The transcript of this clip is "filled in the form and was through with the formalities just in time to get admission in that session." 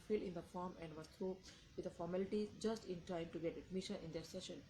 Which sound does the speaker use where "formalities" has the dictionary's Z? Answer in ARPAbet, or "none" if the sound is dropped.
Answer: none